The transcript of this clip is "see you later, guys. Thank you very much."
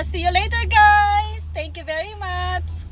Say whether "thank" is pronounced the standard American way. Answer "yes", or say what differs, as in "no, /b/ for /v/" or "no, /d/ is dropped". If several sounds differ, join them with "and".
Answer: no, /t/ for /θ/